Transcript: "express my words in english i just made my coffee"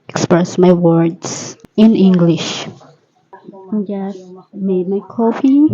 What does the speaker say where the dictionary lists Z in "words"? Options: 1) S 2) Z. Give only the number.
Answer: 1